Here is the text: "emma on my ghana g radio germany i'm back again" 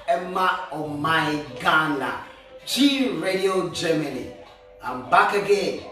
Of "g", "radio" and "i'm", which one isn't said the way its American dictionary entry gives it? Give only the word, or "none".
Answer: g